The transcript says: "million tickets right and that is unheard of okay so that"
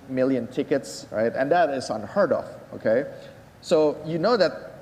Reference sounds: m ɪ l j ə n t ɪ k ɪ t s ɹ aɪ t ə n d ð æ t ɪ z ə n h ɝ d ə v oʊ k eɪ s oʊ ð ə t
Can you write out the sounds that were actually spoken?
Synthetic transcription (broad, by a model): m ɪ l j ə n t ɪ k ɪ t s ɹ aɪ t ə n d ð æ t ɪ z ə n h ɝ d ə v oʊ k eɪ s oʊ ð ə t